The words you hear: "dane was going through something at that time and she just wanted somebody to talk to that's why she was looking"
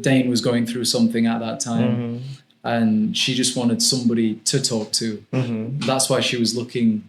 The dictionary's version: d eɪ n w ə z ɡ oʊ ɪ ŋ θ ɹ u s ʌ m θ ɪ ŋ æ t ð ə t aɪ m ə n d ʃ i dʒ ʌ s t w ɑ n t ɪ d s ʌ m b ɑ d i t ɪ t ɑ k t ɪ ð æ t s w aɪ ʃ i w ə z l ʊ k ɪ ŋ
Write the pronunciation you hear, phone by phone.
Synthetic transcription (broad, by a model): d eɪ n w ə z ɡ oʊ ɪ ŋ θ ɹ u s ʌ m θ ɪ ŋ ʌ t ð ə t aɪ m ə n ʃ i dʒ ʌ s t w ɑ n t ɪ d s ʌ m b ɑ d i t ɪ t ɑ k t ɪ ð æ t s w aɪ ʃ i w ə z l ʊ k ɪ ŋ